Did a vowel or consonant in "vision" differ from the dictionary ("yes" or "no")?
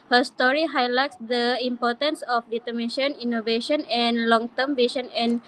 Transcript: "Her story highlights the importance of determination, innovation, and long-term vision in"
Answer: yes